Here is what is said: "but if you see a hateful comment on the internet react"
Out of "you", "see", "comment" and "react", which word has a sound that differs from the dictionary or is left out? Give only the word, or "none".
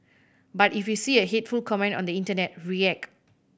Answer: react